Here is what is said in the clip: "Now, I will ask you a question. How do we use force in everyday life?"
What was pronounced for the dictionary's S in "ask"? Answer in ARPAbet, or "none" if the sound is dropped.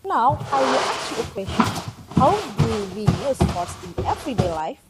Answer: none